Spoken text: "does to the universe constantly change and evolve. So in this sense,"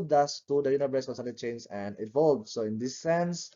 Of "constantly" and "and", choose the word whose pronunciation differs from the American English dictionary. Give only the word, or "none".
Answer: constantly